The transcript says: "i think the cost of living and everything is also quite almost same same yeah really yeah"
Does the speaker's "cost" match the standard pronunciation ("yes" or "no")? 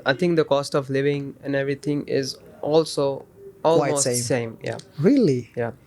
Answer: yes